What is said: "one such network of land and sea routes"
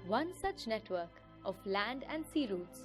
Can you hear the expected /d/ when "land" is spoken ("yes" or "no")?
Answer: yes